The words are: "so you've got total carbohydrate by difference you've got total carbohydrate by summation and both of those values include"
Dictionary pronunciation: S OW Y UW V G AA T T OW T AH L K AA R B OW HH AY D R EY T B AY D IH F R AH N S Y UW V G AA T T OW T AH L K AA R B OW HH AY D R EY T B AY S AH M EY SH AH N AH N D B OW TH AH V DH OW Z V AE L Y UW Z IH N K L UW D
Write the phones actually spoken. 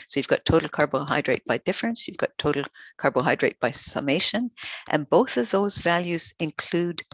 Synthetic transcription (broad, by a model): S OW Y UW V G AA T T OW T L K AA R B OW HH AY D R EY T B AY D IH F R AH N S Y UW V G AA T T OW T L K AA R B OW HH AY D R EY T B AY S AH M EY SH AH N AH N B OW TH AH V DH OW Z V AE L Y UW Z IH N K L UW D